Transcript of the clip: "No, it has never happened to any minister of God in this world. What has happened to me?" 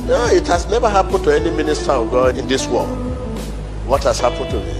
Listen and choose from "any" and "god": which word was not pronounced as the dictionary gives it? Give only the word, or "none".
god